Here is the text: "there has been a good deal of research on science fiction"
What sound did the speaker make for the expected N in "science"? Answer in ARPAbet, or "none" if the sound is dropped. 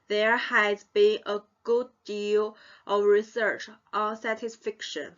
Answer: none